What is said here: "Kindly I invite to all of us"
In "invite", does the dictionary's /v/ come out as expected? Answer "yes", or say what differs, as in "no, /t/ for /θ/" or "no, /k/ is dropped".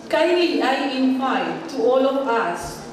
no, /p/ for /v/